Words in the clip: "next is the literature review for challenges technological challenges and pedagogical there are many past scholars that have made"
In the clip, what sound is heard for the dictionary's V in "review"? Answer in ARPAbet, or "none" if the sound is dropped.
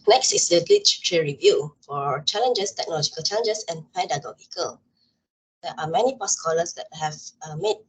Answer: V